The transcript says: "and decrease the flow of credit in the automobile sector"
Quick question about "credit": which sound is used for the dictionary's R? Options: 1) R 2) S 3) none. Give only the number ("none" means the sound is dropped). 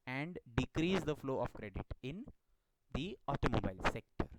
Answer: 1